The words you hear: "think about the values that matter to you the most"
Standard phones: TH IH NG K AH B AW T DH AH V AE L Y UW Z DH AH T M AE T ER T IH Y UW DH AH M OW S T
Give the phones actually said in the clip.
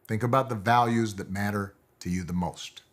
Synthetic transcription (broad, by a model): TH IH NG K AH B AW T DH AH V AE L Y UW Z DH AH T M AE T ER T IH Y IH DH AH M OW S T